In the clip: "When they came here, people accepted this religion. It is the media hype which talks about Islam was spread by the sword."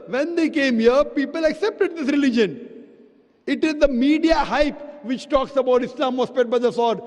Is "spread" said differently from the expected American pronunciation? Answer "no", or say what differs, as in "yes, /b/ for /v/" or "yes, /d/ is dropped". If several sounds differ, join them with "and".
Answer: yes, /ɹ/ is dropped